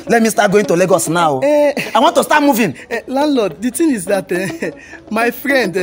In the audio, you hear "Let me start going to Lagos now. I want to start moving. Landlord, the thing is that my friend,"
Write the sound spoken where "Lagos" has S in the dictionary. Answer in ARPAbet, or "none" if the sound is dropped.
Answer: S